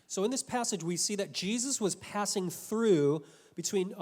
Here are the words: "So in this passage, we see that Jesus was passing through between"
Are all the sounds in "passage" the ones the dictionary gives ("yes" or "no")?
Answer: yes